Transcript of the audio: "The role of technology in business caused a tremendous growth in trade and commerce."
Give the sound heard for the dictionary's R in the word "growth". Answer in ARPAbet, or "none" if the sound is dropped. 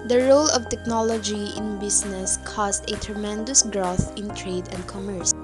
R